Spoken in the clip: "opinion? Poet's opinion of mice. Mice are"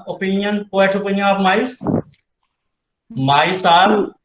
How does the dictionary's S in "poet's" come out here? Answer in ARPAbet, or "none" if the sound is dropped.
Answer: none